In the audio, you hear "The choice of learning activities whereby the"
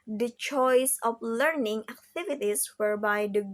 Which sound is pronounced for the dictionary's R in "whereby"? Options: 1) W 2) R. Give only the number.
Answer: 2